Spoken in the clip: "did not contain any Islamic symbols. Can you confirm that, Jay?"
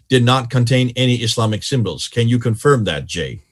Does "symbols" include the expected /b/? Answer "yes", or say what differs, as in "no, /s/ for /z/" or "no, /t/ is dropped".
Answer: yes